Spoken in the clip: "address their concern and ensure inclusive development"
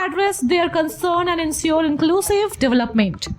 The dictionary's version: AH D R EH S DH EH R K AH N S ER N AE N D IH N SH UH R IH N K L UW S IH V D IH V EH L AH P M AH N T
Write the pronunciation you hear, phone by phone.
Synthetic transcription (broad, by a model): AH D R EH S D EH R K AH N S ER N AE N D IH N S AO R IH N K L UW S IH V D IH V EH L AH P M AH N T